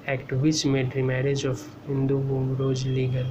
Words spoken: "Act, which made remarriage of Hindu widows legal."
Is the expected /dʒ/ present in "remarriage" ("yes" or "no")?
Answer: yes